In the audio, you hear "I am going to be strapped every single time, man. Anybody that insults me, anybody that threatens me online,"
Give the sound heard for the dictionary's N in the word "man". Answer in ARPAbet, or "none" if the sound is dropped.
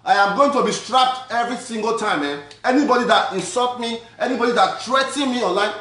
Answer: none